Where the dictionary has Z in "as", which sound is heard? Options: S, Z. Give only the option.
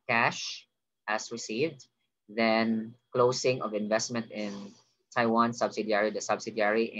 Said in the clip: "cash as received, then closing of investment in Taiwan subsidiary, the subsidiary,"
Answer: S